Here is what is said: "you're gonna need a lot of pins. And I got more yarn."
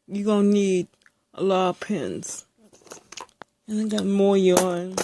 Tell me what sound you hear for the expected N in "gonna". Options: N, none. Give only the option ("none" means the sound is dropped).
none